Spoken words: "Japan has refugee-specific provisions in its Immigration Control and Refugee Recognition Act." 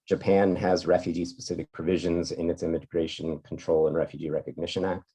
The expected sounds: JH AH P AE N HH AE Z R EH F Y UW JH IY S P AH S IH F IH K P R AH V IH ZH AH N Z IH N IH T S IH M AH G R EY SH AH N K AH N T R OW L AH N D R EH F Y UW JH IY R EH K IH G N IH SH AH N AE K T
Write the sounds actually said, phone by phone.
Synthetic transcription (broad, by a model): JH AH P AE N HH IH Z R EH F Y UW JH IY S P AH S IH F IH K P R AH V IH ZH AH N Z IH N IH T S IH M AH G R EY SH AH N K N T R OW L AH N R EH F Y UW JH IY R EH K IH G N IH SH AH N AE K T